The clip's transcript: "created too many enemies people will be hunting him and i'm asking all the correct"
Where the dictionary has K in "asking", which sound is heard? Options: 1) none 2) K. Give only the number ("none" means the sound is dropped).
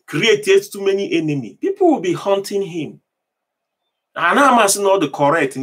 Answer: 1